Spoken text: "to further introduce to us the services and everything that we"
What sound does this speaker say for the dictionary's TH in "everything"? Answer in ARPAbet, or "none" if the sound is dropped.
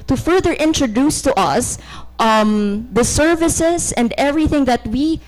TH